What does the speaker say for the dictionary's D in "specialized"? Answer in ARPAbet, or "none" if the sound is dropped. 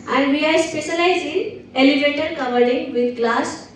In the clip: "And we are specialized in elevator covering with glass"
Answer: none